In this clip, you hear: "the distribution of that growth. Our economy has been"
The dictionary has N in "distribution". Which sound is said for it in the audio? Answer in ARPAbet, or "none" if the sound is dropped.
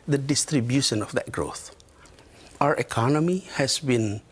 N